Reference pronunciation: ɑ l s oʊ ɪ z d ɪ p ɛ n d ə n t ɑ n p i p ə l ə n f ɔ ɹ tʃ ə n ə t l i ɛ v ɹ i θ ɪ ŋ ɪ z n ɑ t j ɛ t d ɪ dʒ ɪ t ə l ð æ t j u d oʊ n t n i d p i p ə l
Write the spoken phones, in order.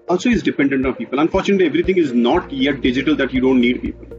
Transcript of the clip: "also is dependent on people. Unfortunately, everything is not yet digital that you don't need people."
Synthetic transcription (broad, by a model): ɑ l s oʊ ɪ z d ɪ p ɛ n d ə n t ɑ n p i p ə l ə n f ɔ ɹ tʃ ə n ə t l i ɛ v ɹ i t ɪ ŋ ɪ z n ɑ t j ɛ t d ɪ dʒ ɪ t ə l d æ t j u d oʊ n t n i d p i p ə l